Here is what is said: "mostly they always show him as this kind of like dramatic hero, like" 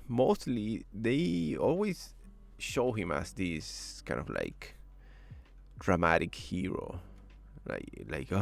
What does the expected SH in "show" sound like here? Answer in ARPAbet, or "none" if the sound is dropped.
SH